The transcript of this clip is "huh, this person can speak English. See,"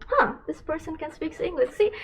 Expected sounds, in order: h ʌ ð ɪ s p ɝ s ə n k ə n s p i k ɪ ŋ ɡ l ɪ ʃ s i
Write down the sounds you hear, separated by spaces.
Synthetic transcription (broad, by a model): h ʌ ð ɪ s p ɝ s ə n k ə n s p i k ɪ ŋ ɡ l ɪ ʃ s i